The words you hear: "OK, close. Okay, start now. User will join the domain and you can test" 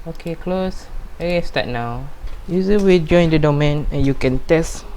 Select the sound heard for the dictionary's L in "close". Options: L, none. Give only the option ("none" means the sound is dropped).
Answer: L